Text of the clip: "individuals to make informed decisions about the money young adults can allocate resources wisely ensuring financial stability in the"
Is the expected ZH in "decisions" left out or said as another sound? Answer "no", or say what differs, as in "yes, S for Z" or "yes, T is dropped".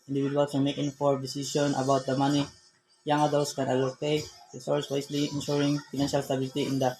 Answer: yes, S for ZH